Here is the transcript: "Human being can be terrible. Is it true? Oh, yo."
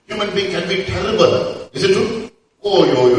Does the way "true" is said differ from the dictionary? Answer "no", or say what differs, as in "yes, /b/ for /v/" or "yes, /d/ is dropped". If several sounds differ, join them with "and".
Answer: yes, /ɹ/ is dropped